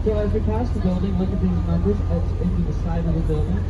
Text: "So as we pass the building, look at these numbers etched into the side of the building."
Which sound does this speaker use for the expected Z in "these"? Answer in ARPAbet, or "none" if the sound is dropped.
Z